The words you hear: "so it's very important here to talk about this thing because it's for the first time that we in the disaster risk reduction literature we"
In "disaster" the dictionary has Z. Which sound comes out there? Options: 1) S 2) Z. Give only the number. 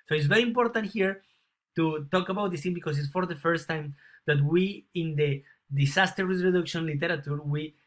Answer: 1